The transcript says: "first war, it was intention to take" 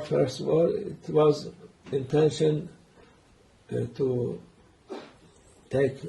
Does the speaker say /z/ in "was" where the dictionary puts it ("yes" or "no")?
yes